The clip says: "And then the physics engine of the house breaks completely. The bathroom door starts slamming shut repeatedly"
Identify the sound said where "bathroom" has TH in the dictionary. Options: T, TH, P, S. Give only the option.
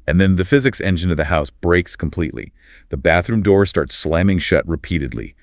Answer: TH